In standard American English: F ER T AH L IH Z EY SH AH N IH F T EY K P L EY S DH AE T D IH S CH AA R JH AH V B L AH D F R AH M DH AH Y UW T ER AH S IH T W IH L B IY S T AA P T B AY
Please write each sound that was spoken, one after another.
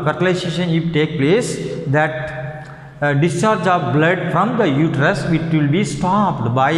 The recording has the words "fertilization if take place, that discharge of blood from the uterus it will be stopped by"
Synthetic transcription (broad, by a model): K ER T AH L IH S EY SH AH N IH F T EY K P L EY S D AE T D IH S CH AA R JH AH V B L AH D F R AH M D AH Y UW T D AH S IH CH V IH L B IY S T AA P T B AY